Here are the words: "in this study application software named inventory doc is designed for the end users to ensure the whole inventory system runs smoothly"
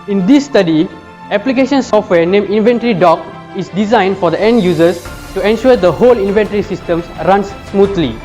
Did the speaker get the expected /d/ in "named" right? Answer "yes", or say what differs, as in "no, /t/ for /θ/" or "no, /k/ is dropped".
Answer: no, /d/ is dropped